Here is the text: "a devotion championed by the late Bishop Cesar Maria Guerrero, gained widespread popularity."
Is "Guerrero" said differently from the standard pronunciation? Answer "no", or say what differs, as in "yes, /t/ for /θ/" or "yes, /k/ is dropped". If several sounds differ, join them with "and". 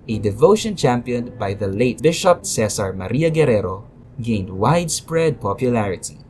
no